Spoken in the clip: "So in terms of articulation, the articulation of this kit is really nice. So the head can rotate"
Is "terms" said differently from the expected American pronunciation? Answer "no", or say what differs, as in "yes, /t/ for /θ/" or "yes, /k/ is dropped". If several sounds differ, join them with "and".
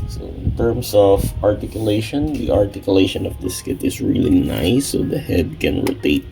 yes, /s/ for /z/